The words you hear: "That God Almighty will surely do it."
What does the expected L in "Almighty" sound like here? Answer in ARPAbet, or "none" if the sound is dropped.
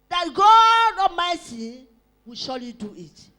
none